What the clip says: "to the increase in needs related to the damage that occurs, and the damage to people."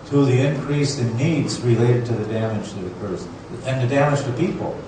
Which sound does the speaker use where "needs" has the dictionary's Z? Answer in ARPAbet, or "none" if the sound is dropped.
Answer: Z